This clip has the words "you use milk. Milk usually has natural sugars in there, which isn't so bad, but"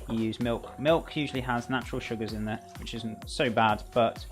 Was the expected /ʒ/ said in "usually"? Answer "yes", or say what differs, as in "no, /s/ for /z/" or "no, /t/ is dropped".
yes